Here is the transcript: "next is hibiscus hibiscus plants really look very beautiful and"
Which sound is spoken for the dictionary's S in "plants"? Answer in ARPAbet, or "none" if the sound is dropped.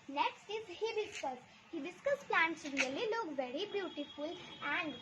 S